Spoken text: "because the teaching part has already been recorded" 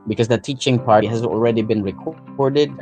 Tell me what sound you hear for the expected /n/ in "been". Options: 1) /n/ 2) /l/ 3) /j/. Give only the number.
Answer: 1